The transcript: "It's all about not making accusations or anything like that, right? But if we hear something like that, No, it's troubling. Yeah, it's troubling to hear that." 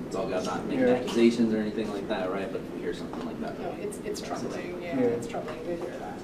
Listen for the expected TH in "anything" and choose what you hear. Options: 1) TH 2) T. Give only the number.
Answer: 1